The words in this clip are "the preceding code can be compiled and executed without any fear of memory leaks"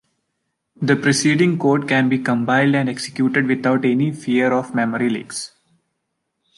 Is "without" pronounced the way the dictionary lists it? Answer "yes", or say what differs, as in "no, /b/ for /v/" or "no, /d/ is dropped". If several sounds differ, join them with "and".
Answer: no, /t/ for /θ/